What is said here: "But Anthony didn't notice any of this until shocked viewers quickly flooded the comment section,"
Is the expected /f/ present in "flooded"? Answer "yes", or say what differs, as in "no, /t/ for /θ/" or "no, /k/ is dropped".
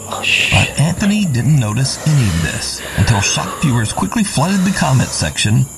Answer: yes